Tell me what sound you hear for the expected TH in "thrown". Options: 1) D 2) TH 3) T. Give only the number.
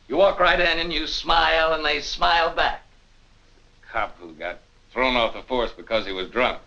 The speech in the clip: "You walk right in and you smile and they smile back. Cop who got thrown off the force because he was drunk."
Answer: 2